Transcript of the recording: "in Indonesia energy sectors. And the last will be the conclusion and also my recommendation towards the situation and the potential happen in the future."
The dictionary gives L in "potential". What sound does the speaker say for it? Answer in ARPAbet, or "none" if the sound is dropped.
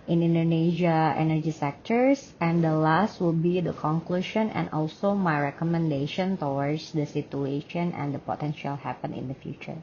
L